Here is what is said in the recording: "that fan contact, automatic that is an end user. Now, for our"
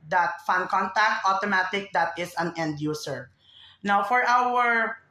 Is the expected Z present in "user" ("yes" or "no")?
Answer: no